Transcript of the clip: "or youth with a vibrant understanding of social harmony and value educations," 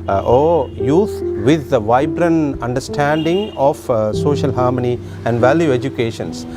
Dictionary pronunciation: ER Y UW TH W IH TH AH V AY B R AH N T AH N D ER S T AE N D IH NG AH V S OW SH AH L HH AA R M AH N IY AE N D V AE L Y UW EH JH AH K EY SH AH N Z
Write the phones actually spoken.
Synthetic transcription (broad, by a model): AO Y UW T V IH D AH V AY B R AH N AH N D ER S T AE N D IH NG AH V S OW SH AH L HH AA R M AH N IY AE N D V AE L Y UW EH JH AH K EY SH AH N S